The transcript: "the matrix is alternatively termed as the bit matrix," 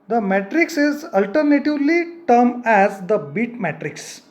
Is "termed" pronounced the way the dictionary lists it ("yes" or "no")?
no